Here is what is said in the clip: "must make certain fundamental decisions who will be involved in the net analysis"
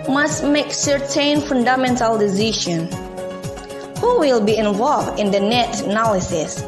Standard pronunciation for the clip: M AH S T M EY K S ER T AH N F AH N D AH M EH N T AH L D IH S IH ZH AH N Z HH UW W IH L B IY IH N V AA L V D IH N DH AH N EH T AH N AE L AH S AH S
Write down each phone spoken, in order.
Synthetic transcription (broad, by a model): M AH S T M EY K S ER T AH N F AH N D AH M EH N T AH L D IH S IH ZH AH N HH UW W IH L B IY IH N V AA L V D IH N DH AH N EH T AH N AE L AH S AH S